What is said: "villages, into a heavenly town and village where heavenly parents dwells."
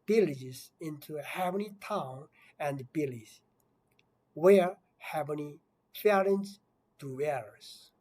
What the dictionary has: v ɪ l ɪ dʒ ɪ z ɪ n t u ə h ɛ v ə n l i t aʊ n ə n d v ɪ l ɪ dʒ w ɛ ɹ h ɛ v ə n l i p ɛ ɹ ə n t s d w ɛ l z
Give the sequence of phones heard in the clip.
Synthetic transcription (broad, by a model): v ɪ l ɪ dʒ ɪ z ɪ n t u h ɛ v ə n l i t aʊ n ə n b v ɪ l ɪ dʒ w ɛ ɹ h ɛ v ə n i f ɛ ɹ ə n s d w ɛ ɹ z